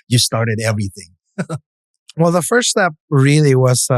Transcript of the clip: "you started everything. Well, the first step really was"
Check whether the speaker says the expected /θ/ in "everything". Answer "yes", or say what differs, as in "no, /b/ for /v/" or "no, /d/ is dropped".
yes